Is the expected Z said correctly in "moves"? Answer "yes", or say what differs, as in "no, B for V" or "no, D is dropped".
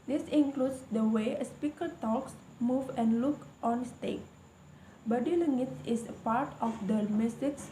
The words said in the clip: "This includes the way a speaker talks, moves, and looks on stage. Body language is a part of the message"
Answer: no, Z is dropped